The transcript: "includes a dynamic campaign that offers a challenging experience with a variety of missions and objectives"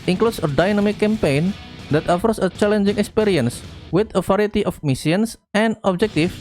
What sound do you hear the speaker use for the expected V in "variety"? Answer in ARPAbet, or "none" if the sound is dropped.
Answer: F